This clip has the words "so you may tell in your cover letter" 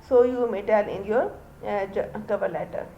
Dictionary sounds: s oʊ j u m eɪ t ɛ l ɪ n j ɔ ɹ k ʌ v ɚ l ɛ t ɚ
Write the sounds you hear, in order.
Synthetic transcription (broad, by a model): s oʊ j u m eɪ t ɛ n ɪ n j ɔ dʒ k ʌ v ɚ l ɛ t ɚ